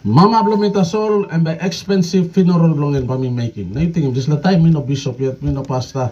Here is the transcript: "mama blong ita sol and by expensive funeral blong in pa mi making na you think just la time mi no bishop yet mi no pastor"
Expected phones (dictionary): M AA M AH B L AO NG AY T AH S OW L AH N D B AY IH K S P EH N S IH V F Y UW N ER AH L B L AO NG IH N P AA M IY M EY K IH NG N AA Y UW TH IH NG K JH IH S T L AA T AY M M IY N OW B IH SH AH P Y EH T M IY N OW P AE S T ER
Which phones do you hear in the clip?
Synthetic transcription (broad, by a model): M AA M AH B L AO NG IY T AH S OW L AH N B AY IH K S P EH N S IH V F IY N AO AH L B L AO NG IH N B AA M IY M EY K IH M N AA Y UW T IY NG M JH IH S L AA T AY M M IY N OW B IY S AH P Y EH T M IY N OW P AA S T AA